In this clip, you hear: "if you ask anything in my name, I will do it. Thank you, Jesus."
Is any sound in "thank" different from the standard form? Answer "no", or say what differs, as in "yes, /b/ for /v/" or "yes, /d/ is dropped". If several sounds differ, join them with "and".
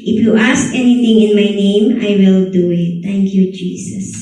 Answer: yes, /t/ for /θ/